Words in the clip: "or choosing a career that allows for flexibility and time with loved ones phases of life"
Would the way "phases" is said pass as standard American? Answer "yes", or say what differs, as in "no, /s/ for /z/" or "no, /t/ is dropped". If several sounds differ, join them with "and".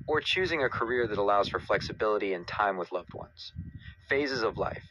yes